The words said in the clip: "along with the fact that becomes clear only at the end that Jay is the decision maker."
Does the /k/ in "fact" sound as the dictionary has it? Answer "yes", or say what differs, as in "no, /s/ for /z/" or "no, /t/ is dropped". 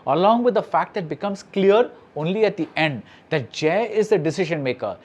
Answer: yes